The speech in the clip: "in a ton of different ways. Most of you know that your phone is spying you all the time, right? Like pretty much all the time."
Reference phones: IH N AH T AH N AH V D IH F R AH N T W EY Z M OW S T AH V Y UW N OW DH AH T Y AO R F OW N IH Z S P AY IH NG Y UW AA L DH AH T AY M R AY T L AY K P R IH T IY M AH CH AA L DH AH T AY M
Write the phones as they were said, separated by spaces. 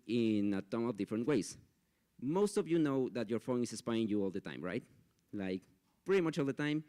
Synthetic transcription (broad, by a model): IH N AH T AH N AH V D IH F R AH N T W EY S M OW S T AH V Y UW N OW DH AH T Y AO R F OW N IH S S P AY IH NG Y UW AA L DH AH T AY M R AY T L AY K P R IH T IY M AH CH AA L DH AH T AY M